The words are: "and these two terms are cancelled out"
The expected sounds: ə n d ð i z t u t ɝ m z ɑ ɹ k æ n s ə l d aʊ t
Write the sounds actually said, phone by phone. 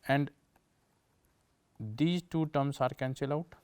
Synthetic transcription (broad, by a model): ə n d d i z t u t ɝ m s ɑ ɹ k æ n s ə l aʊ t